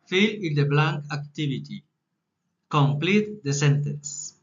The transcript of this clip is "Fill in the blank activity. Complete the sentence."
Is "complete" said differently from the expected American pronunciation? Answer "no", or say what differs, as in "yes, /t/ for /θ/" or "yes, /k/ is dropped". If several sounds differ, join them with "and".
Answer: no